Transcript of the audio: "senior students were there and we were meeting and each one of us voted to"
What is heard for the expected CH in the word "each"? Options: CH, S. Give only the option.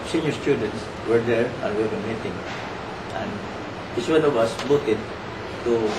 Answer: S